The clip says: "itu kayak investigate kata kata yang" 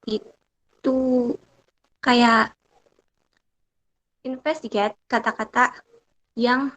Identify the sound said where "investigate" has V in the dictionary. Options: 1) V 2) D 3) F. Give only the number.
3